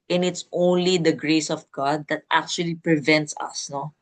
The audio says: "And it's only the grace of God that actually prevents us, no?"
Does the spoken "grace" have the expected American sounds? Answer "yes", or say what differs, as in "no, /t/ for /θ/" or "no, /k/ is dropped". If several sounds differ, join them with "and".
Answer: yes